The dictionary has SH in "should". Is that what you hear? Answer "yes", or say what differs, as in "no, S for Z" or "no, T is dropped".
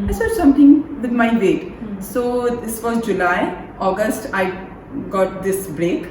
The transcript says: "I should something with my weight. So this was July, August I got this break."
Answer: no, S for SH